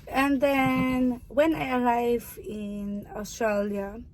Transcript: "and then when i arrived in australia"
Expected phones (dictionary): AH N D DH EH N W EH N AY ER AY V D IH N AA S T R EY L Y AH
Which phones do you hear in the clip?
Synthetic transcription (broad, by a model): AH N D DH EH N W EH N AY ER AY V IH N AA S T R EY L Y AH